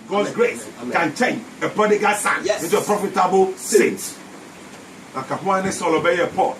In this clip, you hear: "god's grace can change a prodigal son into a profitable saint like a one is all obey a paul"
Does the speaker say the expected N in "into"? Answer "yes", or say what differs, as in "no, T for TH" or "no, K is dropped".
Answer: no, N is dropped